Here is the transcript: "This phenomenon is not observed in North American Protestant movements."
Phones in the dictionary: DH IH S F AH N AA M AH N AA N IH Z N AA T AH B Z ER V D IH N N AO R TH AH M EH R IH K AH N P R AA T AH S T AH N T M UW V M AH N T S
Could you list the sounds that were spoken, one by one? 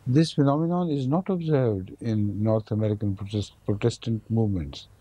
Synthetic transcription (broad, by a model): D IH S F AH N AA M AH N AA N IH Z N AA T AH B Z ER V D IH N N AO R T AH M EH R IH K AH N P R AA T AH S T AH N T M UW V M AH N T S